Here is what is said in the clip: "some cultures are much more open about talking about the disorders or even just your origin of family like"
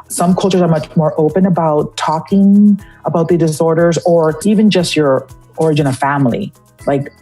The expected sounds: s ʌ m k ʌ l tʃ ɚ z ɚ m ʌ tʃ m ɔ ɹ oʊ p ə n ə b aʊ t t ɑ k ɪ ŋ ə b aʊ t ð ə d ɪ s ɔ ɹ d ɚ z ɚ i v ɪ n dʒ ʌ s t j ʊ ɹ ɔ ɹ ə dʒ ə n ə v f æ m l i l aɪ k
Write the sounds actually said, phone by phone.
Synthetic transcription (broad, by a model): s ʌ m k ʌ l tʃ ɚ z ɚ m ʌ tʃ m ɔ ɹ oʊ p ə n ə b aʊ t t ɑ k ɪ ŋ ə b aʊ t ð ə d ɪ s ɔ ɹ d ɚ z ɚ i v ɪ n dʒ ʌ s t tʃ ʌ ɹ ɔ ɹ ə dʒ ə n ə f æ m l i l aɪ k